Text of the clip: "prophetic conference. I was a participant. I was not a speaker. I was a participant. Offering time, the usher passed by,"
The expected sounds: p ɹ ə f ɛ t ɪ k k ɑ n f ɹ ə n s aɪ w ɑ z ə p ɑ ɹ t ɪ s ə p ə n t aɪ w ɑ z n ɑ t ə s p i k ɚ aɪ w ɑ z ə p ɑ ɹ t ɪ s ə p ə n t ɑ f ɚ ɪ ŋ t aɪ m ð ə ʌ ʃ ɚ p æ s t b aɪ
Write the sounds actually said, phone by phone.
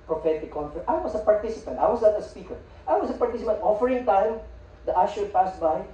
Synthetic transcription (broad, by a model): p ɹ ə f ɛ t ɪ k k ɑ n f ə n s aɪ w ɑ s ə p ɑ ɹ t ɪ s ə p ə n t aɪ w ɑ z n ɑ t ə s p i k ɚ aɪ w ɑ s ə p ɑ ɹ t ɪ s ə p ə n t ɑ f ɚ ɪ ŋ t aɪ m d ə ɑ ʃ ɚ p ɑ s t b aɪ